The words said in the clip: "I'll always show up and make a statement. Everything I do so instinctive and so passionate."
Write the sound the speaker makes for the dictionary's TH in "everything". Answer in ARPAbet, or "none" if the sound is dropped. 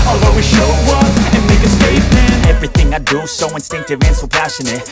TH